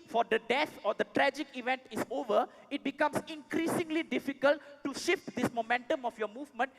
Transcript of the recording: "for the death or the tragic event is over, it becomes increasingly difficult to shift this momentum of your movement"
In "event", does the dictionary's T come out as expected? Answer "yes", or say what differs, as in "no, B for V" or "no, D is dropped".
yes